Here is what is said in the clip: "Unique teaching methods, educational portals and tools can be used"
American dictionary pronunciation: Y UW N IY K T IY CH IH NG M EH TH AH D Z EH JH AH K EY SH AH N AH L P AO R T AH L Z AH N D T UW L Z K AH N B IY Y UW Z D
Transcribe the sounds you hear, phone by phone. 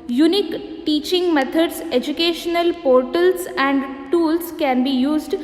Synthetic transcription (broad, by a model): Y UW N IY K T IY CH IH NG M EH T AH D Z EH JH AH K EY SH AH N AH L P AO R T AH L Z AH N D T UW L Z K AH N B IY Y UW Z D